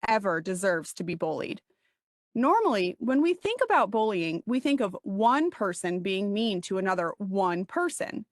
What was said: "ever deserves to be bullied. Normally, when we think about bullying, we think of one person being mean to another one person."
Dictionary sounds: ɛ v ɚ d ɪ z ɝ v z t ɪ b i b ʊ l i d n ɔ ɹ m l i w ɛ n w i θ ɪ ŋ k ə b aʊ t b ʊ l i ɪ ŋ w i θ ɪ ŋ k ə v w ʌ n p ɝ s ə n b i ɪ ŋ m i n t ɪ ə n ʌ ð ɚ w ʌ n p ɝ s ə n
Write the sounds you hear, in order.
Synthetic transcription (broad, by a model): ɛ v ɚ d ɪ z ɝ v z t ɪ b i b ʊ l i d n ɔ ɹ m l i w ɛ n w i θ ɪ ŋ k ə b aʊ t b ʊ l i ɪ ŋ w i θ ɪ ŋ k ə v w ʌ n p ɝ s ə n b i ɪ ŋ m i n t ɪ ə n ʌ ð ɚ w ʌ n p ɝ s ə n